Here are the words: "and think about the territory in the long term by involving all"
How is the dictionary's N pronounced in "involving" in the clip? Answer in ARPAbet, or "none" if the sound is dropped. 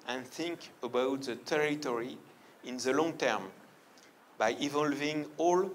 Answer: none